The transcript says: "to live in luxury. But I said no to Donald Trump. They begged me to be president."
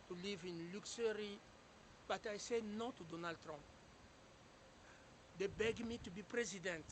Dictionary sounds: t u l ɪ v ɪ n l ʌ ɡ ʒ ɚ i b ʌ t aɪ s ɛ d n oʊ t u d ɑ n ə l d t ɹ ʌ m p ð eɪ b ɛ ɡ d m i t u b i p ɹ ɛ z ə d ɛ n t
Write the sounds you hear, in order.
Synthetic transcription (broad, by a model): t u l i v ɪ n l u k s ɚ i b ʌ t aɪ s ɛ n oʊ t u d ɑ n ə l d t ɹ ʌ m p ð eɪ b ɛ ɡ m i t u b i p ɹ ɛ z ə d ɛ n t